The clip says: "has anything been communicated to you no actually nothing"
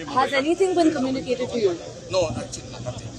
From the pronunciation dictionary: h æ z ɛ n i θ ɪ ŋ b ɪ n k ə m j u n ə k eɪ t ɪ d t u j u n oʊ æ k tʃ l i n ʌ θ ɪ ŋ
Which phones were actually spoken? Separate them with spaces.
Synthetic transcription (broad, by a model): h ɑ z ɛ n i s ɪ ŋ b ɪ n k ə m j u n ə k eɪ t ɪ d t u j u n oʊ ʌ tʃ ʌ